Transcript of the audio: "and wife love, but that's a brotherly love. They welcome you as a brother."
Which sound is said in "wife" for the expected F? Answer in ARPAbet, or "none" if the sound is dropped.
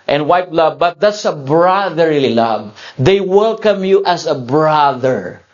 P